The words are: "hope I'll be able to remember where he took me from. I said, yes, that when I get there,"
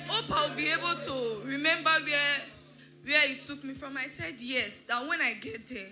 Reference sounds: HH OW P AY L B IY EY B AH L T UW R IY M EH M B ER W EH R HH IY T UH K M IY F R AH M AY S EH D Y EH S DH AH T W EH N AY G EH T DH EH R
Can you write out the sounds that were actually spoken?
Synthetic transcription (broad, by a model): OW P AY W B IY EY B AH L T UW R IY M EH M B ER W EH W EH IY T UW K M IY F R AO M AY S EH D Y EH S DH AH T W EH N AY G EH T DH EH